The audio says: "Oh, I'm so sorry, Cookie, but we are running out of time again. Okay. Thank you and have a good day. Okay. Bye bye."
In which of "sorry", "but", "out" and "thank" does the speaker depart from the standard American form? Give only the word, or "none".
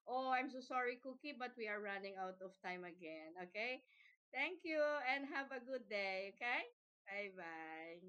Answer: thank